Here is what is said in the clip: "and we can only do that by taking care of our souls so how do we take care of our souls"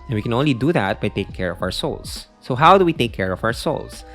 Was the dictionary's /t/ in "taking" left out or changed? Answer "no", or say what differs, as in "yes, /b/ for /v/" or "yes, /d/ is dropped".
no